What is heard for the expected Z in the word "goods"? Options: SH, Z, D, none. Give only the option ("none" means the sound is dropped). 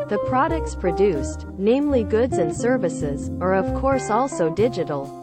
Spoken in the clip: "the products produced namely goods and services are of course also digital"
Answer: Z